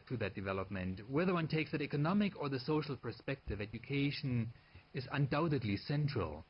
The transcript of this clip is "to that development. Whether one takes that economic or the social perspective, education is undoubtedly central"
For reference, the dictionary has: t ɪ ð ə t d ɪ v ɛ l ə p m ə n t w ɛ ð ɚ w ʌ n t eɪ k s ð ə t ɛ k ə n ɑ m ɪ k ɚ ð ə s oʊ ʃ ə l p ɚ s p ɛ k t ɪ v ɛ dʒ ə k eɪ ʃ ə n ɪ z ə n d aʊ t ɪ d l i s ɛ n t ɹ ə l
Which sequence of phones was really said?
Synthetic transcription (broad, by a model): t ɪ ð ə t d ɪ v ɛ l ə p m ə n t w ɛ ð ɚ w ʌ n t eɪ k s ð ə t ɛ k ə n ɑ m ɪ k ɚ ð ə s oʊ ʃ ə l p ɚ s p ɛ k t ɪ v ɛ dʒ ə k eɪ ʃ ə n ɪ z ə n d aʊ t ɪ d l i s ɛ n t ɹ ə l